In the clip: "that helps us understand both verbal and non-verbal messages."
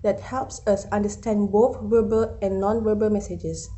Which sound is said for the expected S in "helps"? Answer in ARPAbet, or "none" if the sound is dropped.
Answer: S